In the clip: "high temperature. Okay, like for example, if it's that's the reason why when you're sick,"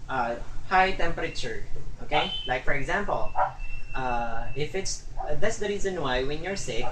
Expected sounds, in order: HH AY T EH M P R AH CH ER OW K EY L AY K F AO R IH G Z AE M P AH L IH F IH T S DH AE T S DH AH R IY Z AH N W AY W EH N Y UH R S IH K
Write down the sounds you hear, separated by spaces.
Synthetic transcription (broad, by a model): HH AY T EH M P R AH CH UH OW K EY L AY K F AO R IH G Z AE M P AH L IH F IH T S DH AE T S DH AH R IY Z AH N W AY W EH N Y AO R S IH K